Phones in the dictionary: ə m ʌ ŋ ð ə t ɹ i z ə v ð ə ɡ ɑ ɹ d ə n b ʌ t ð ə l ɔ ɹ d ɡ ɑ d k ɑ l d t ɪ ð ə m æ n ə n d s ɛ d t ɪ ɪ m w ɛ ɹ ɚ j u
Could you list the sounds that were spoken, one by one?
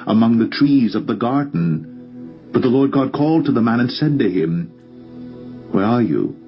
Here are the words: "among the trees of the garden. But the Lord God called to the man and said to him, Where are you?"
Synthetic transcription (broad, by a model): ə m ʌ ŋ ð ə t ɹ i z ə v ð ə ɡ ɑ ɹ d n b ʌ t ð ə l ɔ ɹ d ɡ ɑ d k ɑ l d t ɪ ð ə m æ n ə n s ɛ d t ɪ ɪ m w ɛ ɹ ɚ j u